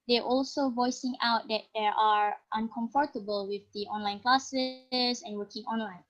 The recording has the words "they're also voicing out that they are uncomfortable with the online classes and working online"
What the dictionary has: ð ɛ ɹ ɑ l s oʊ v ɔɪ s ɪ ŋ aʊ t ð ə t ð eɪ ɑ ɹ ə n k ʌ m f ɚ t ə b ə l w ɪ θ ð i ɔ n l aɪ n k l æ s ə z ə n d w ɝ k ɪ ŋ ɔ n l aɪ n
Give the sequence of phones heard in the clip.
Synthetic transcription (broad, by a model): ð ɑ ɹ ɑ l s oʊ v ɔɪ s ɪ ŋ aʊ t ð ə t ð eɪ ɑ ɹ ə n k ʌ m f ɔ t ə b ə l w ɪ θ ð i ɔ n l aɪ n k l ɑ s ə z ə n w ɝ k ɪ ŋ ɔ n l aɪ n